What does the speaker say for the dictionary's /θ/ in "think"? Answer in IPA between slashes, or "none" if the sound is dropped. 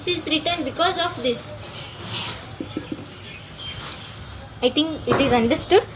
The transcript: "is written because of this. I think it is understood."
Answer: /t/